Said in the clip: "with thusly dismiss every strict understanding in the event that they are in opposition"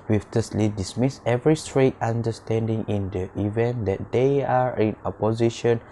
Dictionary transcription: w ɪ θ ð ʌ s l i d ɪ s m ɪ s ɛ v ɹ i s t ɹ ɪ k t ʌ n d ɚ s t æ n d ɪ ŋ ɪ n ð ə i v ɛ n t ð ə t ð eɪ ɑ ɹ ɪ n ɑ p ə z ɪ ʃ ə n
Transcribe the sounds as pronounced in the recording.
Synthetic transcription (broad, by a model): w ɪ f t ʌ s l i d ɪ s m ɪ s ɛ v ɹ i s t ɹ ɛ t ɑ n d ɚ s t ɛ n d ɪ ŋ ɪ n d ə i v ɛ n t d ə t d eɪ ɑ ɹ ɪ n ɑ p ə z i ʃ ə n